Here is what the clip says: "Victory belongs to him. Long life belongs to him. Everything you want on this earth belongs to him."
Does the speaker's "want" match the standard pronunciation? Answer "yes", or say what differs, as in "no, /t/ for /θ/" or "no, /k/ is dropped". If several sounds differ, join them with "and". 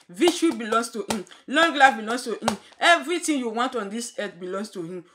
yes